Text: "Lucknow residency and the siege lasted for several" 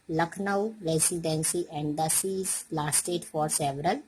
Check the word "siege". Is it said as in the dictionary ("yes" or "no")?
no